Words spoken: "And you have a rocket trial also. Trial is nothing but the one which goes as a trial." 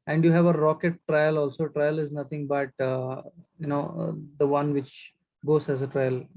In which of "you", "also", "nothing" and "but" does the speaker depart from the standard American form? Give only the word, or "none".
nothing